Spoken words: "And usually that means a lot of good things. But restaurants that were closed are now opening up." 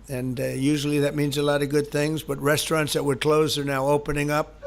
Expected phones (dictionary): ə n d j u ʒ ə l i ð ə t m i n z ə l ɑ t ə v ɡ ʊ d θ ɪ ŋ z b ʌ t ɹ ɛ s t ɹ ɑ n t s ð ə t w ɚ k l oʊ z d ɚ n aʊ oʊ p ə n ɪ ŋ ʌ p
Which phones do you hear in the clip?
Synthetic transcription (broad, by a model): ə n j u ʒ l i ð ə t m i n z ə l ɑ t ə v ɡ ʊ d θ ɪ ŋ z b ʌ t ɹ ɛ s t ɹ ɑ n t s ð ə t w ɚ k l oʊ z ɚ n aʊ oʊ p ə n ɪ ŋ ʌ p